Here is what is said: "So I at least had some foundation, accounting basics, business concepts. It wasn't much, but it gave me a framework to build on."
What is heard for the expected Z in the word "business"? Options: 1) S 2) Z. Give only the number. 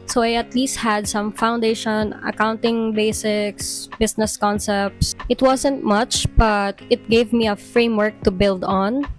1